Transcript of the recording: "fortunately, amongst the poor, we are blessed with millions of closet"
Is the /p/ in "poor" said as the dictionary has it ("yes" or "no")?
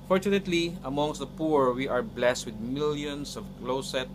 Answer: yes